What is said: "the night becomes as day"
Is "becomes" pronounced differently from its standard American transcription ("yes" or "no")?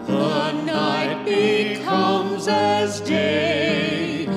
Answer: no